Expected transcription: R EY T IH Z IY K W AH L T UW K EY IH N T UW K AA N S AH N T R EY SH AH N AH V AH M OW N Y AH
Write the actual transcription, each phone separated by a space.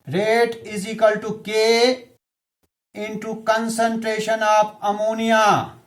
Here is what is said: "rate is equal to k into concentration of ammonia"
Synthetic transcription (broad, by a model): R EY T IH Z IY K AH L T UW K EY IH N T UW K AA N S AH N T R EY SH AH N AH P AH M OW N Y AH